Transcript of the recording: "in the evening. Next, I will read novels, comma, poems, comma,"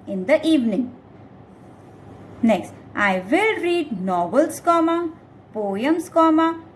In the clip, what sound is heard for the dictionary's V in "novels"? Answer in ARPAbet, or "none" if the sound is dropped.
B